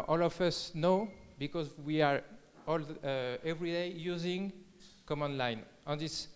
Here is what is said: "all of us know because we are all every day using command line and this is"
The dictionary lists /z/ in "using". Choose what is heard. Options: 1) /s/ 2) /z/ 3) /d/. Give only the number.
2